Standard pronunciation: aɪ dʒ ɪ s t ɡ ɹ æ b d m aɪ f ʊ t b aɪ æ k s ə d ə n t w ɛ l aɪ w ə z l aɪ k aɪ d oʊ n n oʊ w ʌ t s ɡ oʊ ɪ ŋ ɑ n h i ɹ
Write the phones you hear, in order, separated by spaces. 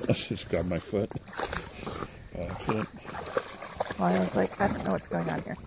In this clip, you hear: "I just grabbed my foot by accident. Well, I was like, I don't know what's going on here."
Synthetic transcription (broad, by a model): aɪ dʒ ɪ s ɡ ɑ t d m aɪ f ʊ t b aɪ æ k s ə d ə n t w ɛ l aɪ w ə z l aɪ k aɪ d oʊ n n oʊ w ʌ t s ɡ oʊ ɪ ŋ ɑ n h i ɹ